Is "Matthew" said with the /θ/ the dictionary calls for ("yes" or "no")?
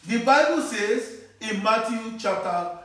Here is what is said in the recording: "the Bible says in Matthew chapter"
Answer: no